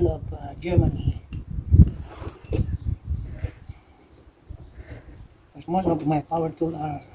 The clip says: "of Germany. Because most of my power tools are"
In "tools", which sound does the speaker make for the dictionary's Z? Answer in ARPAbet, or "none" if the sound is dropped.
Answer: none